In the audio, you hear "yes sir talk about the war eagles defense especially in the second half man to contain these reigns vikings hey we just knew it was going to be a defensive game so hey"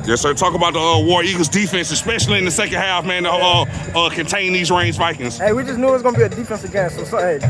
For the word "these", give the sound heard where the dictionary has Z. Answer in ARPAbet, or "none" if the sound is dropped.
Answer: Z